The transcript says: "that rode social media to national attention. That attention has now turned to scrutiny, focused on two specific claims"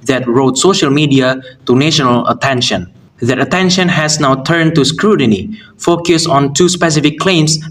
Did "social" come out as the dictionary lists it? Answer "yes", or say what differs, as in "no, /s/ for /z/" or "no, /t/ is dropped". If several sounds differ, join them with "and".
yes